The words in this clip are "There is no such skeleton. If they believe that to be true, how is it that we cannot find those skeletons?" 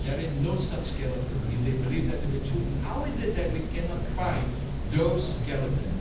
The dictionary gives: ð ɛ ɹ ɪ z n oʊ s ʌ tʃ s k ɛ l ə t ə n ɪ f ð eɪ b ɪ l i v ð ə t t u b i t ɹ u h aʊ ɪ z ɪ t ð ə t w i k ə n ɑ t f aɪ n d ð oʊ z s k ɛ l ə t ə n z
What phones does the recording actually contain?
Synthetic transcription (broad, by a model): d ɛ ɹ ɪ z n oʊ s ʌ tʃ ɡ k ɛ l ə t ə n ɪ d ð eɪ b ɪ l i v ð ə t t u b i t u h aʊ ɪ z ɪ t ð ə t w i k ə n ɑ t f aɪ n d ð oʊ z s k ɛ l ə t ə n